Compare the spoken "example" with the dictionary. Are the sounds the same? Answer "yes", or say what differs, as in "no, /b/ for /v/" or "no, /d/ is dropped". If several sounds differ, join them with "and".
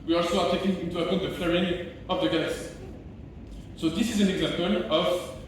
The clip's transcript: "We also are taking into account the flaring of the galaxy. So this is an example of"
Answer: yes